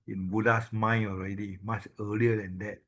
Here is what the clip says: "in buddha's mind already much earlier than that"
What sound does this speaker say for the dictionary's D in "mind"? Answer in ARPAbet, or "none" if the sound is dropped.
none